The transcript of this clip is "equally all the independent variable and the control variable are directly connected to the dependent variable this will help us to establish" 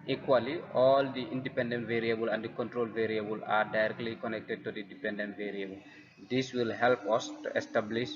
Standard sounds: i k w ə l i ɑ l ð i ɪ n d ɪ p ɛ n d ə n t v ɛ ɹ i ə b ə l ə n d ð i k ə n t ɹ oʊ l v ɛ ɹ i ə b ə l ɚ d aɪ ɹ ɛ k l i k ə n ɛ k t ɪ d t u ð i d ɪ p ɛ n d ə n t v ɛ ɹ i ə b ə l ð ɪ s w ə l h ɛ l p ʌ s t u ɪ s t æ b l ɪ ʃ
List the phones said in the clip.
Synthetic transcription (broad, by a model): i k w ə l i ɑ l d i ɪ n d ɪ p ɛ n d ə n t v ɛ ɹ i ə b ə l ə n d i k ə n t ɹ oʊ l v ɛ ɹ i ə b ə l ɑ d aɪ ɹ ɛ k l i k ə n ɛ k t ɪ d t u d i d ɪ p ɛ n d ə n t v ɛ ɹ i ə b ə l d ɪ s w ə l h ɛ l p ʌ s t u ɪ s t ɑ b l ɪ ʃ